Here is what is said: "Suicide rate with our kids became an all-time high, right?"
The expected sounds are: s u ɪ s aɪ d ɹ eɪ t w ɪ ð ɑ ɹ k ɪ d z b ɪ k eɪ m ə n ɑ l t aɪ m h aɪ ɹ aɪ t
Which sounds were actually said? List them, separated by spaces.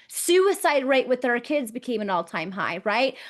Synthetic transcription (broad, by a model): s u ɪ s aɪ d ɹ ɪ t w ɪ ð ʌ ɹ k ɪ d z b ɪ k eɪ m ə n ɑ l t aɪ m h aɪ ɹ aɪ t